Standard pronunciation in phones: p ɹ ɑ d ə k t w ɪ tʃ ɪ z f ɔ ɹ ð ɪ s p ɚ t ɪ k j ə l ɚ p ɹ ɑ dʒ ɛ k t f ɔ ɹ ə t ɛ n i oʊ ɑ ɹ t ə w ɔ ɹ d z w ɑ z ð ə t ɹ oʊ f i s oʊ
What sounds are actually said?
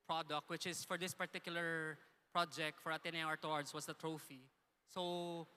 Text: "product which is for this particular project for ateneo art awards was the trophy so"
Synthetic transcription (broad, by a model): p ɹ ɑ d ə k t w ɪ tʃ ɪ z f ɔ ɹ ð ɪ s p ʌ t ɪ k j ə l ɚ p ɹ ɑ dʒ ɛ k t f ɔ ɹ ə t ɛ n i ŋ ɑ ɹ t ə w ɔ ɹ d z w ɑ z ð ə t ɹ oʊ f i s oʊ